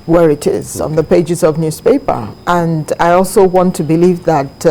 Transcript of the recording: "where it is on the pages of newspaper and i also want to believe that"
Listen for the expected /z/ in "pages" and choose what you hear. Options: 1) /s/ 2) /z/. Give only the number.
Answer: 2